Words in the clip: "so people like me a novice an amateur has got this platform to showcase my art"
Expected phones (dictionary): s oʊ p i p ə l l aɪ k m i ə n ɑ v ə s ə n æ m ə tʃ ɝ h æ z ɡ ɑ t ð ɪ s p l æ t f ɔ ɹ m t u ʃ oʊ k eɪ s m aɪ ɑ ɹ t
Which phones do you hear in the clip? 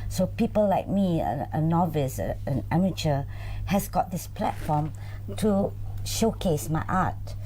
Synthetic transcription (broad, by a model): s oʊ p i p ə l l aɪ k m i ə n ɑ v ə s ə n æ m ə tʃ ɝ h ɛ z ɡ ɑ t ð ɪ s p l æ t f ɔ m t u ʃ oʊ k eɪ s m aɪ ɑ t